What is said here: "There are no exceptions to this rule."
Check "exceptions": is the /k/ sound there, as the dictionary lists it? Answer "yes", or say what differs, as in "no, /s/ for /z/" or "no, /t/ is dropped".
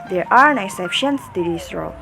no, /k/ is dropped